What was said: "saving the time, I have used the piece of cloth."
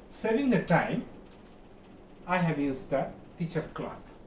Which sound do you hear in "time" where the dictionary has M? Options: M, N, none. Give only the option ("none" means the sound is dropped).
M